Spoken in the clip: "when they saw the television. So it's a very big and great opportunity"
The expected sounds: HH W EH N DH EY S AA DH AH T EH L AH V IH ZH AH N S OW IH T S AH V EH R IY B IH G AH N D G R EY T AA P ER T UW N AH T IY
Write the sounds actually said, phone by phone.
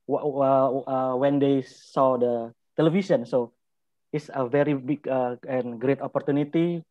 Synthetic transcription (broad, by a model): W W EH N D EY S AA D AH T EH L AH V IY S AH N S OW IH T S AH V EH R IY B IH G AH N G R EY T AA P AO T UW N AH T IY